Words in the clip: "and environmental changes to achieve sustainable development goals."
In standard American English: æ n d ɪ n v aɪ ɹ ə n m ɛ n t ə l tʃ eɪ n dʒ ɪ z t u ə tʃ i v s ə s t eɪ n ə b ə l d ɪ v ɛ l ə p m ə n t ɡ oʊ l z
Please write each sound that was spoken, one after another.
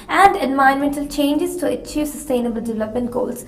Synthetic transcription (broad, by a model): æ n d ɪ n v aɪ ə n m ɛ n t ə l tʃ eɪ n dʒ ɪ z t u ə tʃ i v s ə s t eɪ n ə b ə l d ɪ v ɛ l ə p m ə n t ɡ oʊ l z